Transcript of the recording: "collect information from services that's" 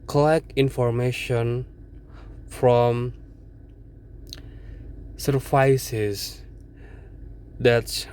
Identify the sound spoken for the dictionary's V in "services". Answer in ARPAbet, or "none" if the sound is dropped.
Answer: F